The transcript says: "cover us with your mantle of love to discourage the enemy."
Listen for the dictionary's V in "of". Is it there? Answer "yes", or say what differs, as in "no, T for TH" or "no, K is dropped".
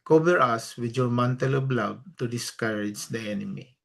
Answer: no, B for V